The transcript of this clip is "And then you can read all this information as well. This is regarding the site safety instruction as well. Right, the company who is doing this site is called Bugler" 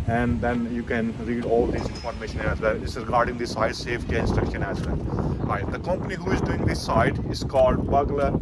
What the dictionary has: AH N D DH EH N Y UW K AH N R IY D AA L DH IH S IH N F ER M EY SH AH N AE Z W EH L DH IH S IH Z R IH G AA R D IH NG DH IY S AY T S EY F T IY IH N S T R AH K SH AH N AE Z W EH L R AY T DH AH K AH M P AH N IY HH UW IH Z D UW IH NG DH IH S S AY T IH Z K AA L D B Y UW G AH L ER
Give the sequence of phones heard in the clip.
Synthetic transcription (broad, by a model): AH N D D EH N Y UW K AH N R IY D AA L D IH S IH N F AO M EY SH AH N AE Z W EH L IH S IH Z R IH G AA R D IH NG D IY S AY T S EY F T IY IH N S T R AH K SH AH N AE Z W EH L R AY T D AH K AH M P AH N IY HH UW IH Z D UW IH NG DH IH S S AY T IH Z K AA L D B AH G L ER